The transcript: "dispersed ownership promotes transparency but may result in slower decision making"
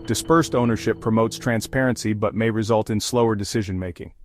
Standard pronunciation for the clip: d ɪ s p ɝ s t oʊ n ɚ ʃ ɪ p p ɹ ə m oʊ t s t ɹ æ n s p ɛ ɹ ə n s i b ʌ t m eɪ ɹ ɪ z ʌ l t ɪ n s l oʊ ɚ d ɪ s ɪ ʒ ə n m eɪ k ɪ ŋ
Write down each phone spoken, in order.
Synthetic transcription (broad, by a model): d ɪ s p ɝ s t oʊ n ɚ ʃ ɪ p p ɹ ə m oʊ t s t ɹ æ n s p ɛ ɹ ə n s i b ʌ t m eɪ ɹ ɪ z ʌ l t ɪ n s l oʊ ɚ d ɪ s ɪ ʒ ə n m eɪ k ɪ ŋ